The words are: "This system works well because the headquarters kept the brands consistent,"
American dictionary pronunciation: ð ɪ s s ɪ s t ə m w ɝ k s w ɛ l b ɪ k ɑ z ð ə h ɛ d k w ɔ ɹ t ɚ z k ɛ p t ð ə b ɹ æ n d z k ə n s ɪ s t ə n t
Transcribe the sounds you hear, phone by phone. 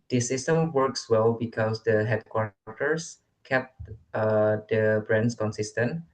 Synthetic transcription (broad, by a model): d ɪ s s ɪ s t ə m w ɝ k s w ɛ l b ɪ k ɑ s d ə h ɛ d k w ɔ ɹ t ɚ s k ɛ p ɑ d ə b ɹ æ n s k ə n s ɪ s t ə n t